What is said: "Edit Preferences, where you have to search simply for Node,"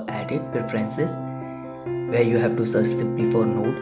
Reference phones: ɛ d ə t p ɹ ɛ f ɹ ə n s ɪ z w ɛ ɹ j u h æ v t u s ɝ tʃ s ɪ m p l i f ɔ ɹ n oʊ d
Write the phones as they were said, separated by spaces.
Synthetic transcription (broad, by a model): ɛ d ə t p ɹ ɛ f ɹ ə n s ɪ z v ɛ ɹ j u h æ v t u s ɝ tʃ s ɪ p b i f ɔ ɹ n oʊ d